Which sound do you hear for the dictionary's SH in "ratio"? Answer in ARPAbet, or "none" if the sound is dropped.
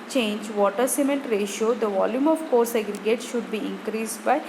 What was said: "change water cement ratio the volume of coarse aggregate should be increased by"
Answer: SH